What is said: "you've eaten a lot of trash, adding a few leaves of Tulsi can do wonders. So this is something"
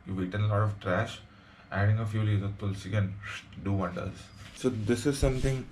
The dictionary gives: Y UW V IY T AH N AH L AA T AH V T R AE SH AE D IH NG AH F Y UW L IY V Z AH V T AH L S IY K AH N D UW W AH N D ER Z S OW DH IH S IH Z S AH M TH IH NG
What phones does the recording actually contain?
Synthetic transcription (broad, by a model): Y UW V IY T AH N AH L AA T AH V T R AE SH AE D IH NG AH F Y UW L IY Z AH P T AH L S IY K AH N D UW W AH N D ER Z S OW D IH S IH Z S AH M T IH NG